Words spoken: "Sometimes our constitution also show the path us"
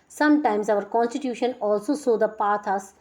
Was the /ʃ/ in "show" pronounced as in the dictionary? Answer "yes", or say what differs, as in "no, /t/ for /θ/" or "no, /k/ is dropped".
no, /s/ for /ʃ/